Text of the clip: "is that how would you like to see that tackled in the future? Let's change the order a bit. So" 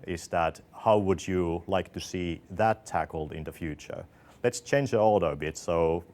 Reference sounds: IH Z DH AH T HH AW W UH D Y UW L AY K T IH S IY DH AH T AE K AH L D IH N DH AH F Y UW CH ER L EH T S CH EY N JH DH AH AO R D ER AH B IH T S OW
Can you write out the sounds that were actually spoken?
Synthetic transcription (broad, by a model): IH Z DH AH T HH AW W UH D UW L AY K T IH S IY DH AH T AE K L D IH N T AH F Y UW CH ER L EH T S CH EY N JH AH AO L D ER AH B IH T S OW